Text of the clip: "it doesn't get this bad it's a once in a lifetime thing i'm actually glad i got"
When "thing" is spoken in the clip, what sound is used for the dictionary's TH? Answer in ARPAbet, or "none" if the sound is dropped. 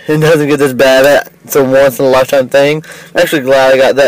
TH